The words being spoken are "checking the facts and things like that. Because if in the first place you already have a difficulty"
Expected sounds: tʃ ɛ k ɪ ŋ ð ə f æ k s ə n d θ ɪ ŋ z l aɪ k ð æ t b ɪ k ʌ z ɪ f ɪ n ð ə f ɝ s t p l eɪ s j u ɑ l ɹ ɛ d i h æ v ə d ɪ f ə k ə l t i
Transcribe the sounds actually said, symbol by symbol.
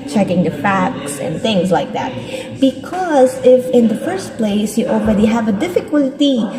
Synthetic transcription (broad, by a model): tʃ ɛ k ɪ ŋ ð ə f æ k s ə n θ ɪ ŋ z l aɪ k ð æ t b ɪ k ʌ z ɪ f ɪ n ð ə f ɝ s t p l eɪ s j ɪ ɑ l ɹ ɛ d i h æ v ə d ɪ f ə k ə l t i